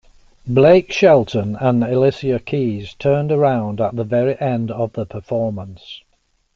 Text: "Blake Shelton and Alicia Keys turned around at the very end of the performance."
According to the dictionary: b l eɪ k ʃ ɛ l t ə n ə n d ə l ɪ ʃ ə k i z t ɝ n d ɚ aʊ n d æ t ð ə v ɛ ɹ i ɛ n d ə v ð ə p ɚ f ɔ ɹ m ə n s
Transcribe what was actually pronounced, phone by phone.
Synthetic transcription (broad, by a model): b l eɪ k ʃ ɛ l t ə n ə n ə l ɪ s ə k i z t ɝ n d ɚ aʊ n d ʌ t ð ə v ɛ ɹ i ɛ n d ə v ð ə p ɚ f ɔ ɹ m ə n s